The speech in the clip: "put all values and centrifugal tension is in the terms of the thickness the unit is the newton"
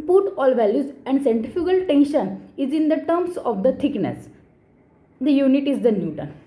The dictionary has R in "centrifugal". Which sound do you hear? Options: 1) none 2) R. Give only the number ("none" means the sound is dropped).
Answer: 1